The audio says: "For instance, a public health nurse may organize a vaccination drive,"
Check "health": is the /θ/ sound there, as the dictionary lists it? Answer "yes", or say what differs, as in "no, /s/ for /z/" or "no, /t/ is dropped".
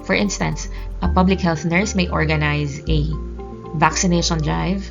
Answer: yes